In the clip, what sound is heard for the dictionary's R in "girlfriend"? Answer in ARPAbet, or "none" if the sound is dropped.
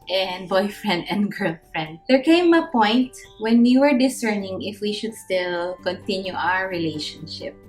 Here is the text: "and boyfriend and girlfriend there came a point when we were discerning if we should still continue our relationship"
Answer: R